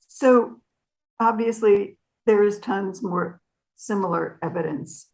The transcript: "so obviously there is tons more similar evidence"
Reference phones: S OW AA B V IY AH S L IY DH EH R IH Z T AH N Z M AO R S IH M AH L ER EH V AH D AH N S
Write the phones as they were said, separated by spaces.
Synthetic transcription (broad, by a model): S OW AA B V IY AH S L IY DH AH R IH Z T AH N Z M AO R S IH M L ER EH V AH D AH N S